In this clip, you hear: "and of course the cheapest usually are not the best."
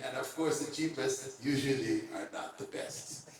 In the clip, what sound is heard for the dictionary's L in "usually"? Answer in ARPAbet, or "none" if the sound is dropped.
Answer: L